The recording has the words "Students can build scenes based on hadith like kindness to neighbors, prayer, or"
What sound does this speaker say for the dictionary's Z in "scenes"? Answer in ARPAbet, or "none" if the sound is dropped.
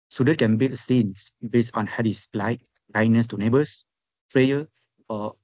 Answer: S